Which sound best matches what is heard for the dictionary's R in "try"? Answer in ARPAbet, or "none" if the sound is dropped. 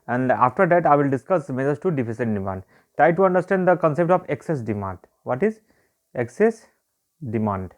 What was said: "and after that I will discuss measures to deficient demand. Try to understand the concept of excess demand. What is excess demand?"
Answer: R